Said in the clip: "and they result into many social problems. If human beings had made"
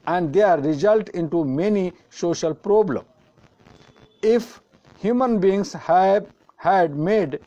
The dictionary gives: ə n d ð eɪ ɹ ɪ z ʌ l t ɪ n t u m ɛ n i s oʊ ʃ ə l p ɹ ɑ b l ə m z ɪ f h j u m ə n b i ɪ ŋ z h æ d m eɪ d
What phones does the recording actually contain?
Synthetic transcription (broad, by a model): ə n d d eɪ ɹ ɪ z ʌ l t ɪ n t u m ɛ n i s oʊ ʃ ə l p ɹ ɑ b l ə m ɪ f h j u m ə n b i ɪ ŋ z h æ d m eɪ d